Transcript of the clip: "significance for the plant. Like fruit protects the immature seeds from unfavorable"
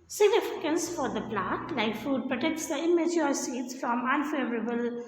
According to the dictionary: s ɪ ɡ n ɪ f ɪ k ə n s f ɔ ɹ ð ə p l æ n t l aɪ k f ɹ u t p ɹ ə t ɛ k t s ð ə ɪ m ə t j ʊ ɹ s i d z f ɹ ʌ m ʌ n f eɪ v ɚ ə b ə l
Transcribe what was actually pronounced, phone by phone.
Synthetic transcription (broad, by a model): s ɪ ɡ n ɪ f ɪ k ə n s f ɔ ɹ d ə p l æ t l aɪ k f u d p ɹ ə t ɛ k t s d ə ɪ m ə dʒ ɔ s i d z f ɹ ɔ m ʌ n f eɪ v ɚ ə b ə l